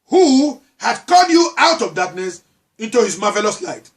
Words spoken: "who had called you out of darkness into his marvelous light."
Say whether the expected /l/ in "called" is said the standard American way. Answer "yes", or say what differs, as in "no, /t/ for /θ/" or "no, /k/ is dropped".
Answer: no, /l/ is dropped